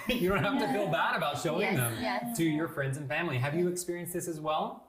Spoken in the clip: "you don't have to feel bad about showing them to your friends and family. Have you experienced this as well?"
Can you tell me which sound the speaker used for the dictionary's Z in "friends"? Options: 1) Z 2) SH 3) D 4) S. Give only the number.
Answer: 1